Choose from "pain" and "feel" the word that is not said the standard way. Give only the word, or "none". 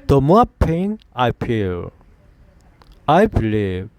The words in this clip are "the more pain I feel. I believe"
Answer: feel